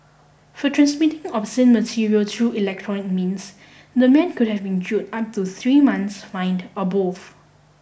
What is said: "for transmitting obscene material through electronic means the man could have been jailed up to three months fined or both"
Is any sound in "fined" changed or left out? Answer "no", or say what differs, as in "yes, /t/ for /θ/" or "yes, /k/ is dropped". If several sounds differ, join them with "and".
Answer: no